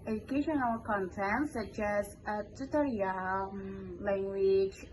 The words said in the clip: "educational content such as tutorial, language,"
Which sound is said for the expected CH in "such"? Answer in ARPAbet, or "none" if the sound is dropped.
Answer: CH